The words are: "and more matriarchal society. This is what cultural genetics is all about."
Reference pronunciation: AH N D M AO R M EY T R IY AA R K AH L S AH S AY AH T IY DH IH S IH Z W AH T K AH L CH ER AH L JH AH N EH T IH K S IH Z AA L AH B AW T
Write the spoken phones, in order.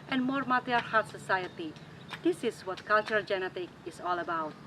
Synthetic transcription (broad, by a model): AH N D M AO R M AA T IY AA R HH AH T S AH S AY AH T IY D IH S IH S W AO T K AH L CH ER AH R JH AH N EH T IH K IH S AA L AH B AW T